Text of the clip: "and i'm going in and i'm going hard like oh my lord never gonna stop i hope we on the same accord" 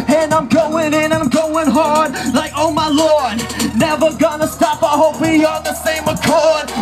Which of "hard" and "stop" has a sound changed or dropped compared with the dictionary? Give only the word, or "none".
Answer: none